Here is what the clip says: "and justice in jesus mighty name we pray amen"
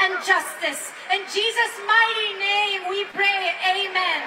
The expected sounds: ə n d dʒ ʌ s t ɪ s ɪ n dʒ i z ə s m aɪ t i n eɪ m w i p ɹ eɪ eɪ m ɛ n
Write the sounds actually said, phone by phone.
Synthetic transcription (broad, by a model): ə n dʒ ʌ s t ɪ s ɪ n dʒ i z ə s m aɪ t i n eɪ m w i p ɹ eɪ eɪ m ɛ n